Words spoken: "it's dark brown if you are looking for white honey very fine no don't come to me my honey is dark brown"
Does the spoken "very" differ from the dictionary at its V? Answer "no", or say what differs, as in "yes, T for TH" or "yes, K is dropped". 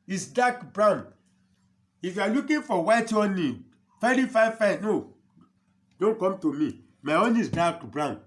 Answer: yes, F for V